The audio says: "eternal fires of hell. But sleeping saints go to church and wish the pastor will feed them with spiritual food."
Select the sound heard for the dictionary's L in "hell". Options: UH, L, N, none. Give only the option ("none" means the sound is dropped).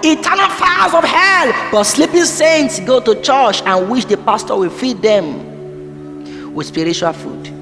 L